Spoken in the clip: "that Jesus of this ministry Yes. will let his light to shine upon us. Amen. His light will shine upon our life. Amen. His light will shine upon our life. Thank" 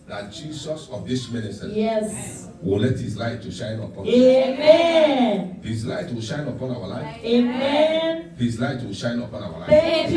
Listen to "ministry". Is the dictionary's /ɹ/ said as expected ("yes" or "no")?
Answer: no